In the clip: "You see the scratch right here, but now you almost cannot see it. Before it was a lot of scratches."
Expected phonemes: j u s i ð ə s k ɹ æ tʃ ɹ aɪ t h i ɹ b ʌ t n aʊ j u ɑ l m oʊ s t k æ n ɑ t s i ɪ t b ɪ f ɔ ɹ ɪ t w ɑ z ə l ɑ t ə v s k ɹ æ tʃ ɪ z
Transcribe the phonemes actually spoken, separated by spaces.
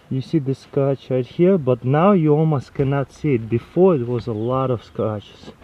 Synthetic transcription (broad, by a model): j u s i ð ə s k ʌ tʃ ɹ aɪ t h i ɹ b ʌ t n aʊ j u ɑ l m oʊ s t k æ n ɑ t s i ɪ t b ɪ f ɔ ɹ ɪ t w ɑ z ə l ɑ t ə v s k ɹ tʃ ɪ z